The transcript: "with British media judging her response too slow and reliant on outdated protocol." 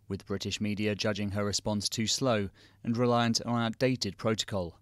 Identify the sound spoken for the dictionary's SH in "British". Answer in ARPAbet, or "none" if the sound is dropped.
SH